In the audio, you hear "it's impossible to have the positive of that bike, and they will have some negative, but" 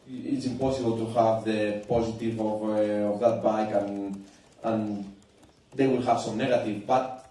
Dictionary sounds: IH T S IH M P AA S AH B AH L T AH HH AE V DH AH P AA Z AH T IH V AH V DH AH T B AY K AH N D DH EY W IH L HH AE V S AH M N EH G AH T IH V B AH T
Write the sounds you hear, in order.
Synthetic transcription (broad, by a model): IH T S IH M P AA S AH B AH L T AH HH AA V DH AH P AA Z AH T IH V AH V DH AH T B AY K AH N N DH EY W IH L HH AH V S AH M N EH G AH T IH V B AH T